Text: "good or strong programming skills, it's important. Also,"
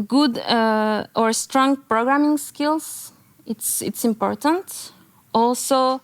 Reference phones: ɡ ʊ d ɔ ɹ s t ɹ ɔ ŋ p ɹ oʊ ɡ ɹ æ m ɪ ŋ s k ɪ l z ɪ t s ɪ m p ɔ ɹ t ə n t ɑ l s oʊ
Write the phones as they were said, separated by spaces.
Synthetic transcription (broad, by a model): ɡ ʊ d ɔ ɹ s t ɹ ɔ ŋ p ɹ oʊ ɡ ɹ æ m ɪ ŋ s k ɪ l s ɪ t s ɪ m p ɔ ɹ t ə n t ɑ l s oʊ